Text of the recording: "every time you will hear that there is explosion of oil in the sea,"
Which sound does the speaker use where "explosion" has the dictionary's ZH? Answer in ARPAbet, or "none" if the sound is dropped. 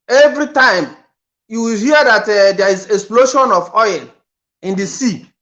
SH